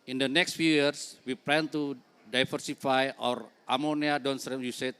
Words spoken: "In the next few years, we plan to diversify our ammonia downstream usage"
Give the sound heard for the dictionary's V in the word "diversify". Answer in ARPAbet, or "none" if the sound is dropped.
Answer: F